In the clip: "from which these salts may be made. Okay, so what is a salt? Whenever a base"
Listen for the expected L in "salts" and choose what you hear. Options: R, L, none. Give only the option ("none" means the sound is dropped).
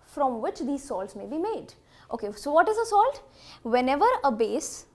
L